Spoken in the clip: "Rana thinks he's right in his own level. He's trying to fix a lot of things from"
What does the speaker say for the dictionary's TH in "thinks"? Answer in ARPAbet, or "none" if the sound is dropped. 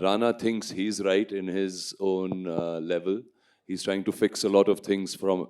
T